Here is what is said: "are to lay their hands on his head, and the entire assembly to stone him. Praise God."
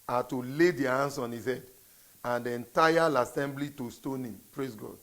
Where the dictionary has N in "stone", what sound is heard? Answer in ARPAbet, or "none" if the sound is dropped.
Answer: N